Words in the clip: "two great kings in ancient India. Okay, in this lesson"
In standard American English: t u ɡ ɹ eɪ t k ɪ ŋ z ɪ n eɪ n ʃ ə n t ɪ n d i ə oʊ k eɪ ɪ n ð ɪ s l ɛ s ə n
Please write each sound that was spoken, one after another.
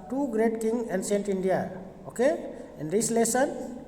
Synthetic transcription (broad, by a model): t u ɡ ɹ eɪ t k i ŋ ɪ n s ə n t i n d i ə oʊ k eɪ ɪ n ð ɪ s l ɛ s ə n